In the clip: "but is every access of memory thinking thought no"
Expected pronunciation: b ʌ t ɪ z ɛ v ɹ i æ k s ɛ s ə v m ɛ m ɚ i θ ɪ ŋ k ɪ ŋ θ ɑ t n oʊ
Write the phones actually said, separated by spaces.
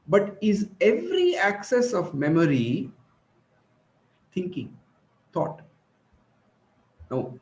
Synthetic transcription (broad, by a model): b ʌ t ɪ z ɛ v ɹ i æ k s ɛ s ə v m ɛ m ɚ i t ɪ ŋ k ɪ ŋ t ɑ t n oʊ